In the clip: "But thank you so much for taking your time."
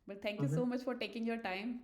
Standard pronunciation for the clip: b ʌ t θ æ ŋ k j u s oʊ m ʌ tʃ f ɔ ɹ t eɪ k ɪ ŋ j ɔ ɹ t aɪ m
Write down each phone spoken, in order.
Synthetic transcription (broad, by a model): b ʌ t t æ ŋ k j u s oʊ m ʌ tʃ f ɔ ɹ t eɪ k ɪ ŋ j ɔ ɹ t aɪ m